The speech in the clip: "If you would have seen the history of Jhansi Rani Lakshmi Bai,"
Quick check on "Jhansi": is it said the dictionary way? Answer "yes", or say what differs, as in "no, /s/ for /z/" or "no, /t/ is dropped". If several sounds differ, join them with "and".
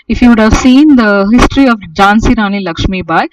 yes